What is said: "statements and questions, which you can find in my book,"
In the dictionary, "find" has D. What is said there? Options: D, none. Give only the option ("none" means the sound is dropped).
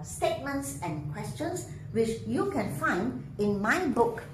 D